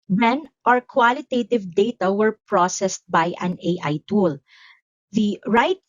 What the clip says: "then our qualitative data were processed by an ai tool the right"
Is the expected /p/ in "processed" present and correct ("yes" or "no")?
yes